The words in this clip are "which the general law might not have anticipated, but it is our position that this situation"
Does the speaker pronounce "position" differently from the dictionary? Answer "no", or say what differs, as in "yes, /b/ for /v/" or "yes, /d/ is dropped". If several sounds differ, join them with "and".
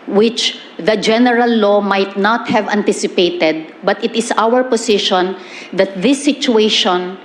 yes, /s/ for /z/